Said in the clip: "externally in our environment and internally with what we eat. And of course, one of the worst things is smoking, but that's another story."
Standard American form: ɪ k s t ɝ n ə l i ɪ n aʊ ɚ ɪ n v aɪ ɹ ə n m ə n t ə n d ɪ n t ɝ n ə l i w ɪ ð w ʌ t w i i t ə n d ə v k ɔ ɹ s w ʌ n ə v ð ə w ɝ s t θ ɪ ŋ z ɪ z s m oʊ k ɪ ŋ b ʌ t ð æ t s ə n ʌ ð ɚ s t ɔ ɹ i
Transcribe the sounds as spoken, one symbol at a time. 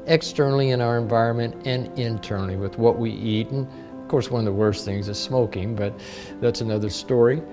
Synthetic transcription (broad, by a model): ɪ k s t ɝ n l i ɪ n aʊ ɚ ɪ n v aɪ ɹ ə n m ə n t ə n ɪ n t ɝ n l i w ɪ ð w ʌ t w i i t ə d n ə v k ɔ ɹ s w ʌ n ə v ð ə w ɝ s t θ ɪ ŋ z ɪ z s m oʊ k ɪ ŋ b ʌ t ð æ t s ə n ʌ ð ɚ s t ɔ ɹ i